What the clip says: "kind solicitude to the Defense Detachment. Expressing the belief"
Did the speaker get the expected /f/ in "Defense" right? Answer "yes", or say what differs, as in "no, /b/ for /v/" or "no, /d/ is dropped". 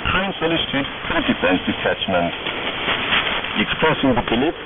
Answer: no, /f/ is dropped